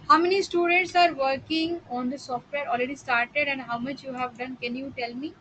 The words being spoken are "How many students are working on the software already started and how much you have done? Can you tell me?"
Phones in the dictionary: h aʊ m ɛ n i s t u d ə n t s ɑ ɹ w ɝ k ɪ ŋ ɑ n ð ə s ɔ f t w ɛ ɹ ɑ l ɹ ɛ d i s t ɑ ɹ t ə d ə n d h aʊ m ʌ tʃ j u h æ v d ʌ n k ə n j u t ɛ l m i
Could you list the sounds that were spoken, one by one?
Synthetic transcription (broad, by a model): h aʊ m ɛ n i s t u d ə n t s ɑ ɹ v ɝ k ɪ ŋ ɑ n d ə s ɔ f t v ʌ ɹ ɑ l ɹ ɛ d i s t ɑ ɹ t ə d ə n d h aʊ m ʌ tʃ j u h æ v d ʌ n k ə n j u t ɛ l m i